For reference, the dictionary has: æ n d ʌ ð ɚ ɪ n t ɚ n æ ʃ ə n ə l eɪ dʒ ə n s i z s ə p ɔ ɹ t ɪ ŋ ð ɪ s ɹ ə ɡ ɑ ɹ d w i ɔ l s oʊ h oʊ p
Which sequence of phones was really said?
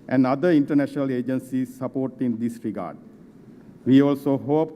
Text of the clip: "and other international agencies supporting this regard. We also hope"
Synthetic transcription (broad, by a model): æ n d ʌ i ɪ n t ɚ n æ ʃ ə n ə l eɪ dʒ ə n s i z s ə p ɔ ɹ t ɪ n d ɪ s ɹ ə ɡ ɑ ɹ d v i ɔ l s oʊ h oʊ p